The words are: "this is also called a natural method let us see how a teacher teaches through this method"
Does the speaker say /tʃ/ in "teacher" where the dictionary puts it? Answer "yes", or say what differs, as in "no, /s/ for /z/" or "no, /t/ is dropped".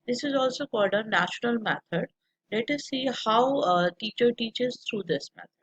yes